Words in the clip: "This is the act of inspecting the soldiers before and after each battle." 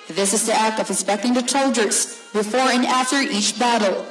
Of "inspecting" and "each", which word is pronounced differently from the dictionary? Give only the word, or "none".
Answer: inspecting